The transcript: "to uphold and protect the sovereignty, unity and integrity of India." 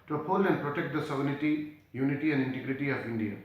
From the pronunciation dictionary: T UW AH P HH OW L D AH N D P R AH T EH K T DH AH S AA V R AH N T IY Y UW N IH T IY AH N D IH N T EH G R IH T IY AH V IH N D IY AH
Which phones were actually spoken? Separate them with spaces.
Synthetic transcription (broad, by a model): T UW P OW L AH N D P R AH T EH K T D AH S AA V AH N T IY Y UW N IH T IY AH N D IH N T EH G R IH T IY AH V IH N D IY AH